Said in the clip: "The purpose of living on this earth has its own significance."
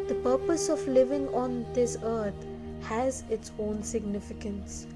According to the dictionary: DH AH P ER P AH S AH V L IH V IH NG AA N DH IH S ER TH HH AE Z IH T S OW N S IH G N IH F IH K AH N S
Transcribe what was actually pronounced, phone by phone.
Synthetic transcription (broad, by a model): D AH P ER P AH S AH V L IH V IH NG AA N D IH S ER T HH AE Z IH T S OW N S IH G N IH F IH K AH N S